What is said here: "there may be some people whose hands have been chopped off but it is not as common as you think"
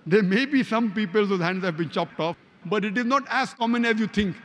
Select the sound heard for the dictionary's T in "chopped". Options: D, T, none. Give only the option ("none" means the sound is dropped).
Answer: T